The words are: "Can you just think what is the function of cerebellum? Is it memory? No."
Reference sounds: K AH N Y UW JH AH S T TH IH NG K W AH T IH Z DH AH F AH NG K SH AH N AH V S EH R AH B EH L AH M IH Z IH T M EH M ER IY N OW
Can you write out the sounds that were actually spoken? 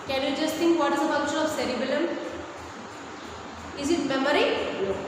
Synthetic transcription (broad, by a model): K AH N Y UW JH AH S T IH NG K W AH T IH Z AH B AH K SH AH AH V S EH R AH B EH L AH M IH Z IH T M EH M ER IY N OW